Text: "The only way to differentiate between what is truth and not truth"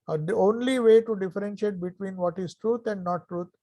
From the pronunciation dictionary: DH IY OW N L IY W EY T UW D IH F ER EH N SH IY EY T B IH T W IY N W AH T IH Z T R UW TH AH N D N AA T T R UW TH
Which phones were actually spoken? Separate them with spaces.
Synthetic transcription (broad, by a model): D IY OW N L IY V EY T UW D IH F ER EH N SH IY EY T B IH T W IY N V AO T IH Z T R UW T AH N D N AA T T R UW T